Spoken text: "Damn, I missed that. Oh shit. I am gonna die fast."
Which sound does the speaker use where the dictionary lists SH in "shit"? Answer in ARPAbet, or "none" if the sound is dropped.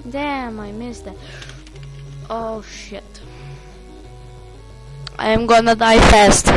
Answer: SH